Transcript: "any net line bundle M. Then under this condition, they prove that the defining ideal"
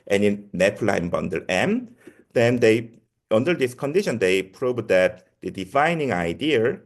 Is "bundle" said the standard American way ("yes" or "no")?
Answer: yes